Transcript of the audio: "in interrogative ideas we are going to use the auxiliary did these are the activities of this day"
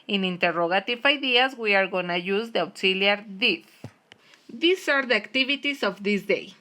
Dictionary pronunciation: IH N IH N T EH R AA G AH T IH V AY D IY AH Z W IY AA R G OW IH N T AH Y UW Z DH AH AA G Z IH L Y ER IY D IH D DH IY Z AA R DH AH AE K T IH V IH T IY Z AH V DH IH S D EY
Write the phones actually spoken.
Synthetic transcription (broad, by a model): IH N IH N T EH R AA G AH T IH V AY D IY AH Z W IY AA R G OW N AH Y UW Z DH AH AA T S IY L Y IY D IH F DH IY S AA R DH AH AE K T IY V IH T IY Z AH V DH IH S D EY